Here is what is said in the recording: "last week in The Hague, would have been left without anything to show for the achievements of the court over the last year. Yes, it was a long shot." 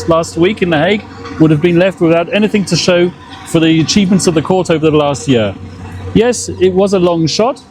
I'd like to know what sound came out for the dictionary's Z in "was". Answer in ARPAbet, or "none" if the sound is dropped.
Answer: Z